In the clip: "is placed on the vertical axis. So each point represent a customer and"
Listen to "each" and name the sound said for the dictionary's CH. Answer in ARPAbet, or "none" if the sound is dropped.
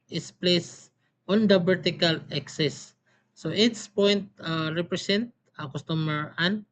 S